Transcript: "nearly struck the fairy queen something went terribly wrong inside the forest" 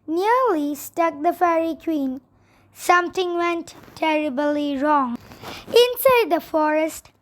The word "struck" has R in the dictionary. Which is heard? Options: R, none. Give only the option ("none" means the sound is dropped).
none